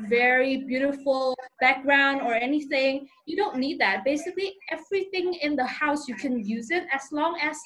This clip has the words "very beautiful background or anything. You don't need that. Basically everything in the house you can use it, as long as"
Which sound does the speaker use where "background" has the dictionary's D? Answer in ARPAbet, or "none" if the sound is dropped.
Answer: D